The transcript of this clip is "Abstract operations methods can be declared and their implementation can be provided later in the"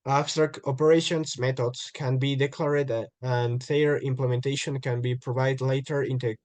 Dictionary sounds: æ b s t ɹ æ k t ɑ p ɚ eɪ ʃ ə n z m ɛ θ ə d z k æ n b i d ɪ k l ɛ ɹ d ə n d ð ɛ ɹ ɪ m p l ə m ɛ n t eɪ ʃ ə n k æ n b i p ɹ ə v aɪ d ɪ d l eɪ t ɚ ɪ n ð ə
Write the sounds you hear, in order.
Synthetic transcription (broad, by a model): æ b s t ɹ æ k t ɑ p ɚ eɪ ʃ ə n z m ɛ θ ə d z k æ n b i d ɪ k l ɛ ɹ d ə n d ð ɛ ɹ ɪ m p l ə m ɛ n t eɪ ʃ ə n k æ n b i p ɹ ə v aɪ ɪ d l eɪ t ɚ ɪ n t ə